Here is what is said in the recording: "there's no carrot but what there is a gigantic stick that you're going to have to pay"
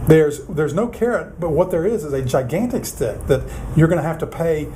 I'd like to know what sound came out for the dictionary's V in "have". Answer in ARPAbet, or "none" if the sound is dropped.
F